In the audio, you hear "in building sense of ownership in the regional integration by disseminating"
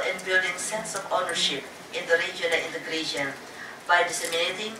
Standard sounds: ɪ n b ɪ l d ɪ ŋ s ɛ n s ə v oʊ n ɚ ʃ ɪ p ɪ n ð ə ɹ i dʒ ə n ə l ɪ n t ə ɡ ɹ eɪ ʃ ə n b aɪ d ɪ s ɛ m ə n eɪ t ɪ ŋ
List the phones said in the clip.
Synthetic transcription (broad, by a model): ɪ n b ɪ l d ɪ ŋ s ɛ n s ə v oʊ n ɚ ʃ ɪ p ɪ n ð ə ɹ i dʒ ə ə n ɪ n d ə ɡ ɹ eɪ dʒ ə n b aɪ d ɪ s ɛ m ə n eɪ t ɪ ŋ